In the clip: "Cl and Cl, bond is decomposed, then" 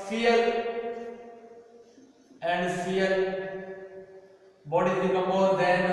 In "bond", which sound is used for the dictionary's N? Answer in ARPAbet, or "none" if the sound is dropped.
none